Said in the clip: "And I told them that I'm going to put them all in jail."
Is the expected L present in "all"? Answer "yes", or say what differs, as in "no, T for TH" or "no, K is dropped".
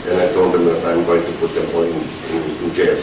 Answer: no, N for L